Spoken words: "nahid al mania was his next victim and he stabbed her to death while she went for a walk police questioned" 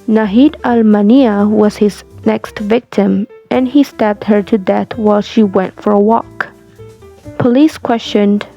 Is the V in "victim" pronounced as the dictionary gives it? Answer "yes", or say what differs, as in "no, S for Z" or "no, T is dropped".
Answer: yes